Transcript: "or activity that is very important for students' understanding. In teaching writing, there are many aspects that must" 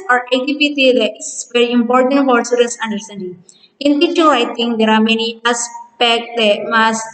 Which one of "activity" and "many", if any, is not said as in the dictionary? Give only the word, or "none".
activity